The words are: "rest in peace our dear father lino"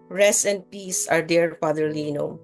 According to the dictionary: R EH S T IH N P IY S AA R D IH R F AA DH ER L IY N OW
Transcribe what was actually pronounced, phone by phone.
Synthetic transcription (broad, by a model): R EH S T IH N P IY S AA R D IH R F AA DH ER L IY N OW